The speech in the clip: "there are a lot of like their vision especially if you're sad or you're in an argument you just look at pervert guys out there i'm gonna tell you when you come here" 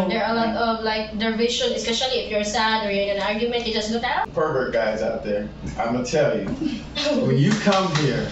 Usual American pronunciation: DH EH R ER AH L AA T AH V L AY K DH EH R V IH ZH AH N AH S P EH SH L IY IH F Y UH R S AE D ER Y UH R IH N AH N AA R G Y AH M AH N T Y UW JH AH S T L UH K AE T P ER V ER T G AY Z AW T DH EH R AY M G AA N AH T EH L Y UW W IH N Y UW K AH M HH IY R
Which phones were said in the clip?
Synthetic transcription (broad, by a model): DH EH R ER AH L AA T AH V L AY K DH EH R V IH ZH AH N AH S P EH SH L IY IH F Y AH R S AE D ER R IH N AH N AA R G Y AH M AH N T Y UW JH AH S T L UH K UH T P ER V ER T G AY Z AW T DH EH R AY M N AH T EH L Y UW W IH N Y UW K AH M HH IY R